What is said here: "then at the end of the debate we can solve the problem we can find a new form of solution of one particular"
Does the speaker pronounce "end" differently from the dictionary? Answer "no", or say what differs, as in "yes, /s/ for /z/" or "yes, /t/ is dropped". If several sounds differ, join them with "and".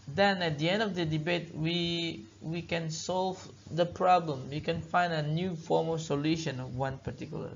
no